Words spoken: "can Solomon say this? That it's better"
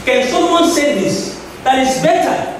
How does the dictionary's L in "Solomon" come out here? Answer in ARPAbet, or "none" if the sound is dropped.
none